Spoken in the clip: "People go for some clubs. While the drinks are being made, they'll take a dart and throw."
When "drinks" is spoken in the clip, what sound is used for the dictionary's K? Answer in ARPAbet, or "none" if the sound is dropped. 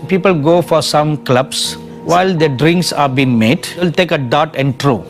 K